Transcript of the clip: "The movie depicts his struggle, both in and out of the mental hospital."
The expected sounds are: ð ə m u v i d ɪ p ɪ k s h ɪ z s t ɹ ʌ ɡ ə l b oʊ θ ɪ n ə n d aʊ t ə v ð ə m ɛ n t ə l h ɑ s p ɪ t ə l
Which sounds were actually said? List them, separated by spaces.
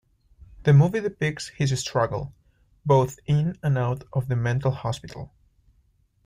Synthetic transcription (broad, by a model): ð ə m u v i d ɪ p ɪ k s h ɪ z s t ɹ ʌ ɡ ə l b oʊ θ ɪ n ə n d aʊ t ə v ð ə m ɛ n t l h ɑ s p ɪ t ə l